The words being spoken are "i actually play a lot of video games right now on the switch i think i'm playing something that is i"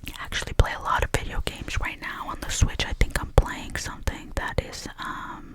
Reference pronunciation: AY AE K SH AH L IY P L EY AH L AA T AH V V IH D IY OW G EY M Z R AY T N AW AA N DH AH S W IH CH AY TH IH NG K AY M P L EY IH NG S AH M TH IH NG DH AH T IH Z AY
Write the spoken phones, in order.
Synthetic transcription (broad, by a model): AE K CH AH L IY P L EY AH L AA T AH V V IH D IY OW G EY M Z R AY T N AW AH N DH AH S W IH CH AY TH IH NG K AY M P L EY IH NG S AH M TH IH NG DH AH T IH Z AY